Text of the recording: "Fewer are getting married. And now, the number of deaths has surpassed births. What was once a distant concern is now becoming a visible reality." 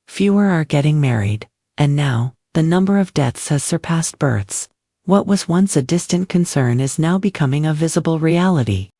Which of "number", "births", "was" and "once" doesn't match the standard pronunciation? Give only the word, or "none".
none